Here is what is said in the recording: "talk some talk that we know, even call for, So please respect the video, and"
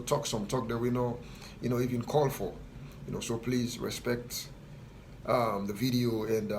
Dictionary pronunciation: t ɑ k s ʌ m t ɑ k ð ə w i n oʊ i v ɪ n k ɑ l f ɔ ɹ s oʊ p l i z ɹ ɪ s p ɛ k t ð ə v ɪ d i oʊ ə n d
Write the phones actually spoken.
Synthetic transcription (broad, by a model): t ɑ k s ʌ m t ɑ k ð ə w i n oʊ i v ɪ n k ɑ l f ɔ ɹ s oʊ p l i z ɹ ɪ s p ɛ k t ð ə v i d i oʊ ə n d